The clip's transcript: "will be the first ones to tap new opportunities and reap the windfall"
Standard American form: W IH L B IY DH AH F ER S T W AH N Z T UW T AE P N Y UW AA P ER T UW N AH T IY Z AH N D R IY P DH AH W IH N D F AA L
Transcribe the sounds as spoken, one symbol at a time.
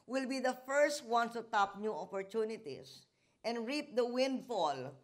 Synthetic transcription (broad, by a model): W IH L B IY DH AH F ER S T W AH N T UW T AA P N Y UW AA P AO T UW N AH T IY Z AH N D R IY P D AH W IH N D F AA L